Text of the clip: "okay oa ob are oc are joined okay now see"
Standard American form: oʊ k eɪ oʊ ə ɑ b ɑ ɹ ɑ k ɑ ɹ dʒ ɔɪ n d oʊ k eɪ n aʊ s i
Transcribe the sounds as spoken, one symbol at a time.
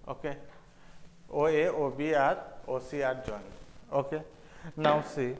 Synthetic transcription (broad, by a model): oʊ k eɪ oʊ ə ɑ b ɑ ɹ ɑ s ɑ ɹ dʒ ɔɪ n oʊ k eɪ n aʊ s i